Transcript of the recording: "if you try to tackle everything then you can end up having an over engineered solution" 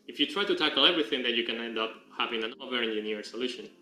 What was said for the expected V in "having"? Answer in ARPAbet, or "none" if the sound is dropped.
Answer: V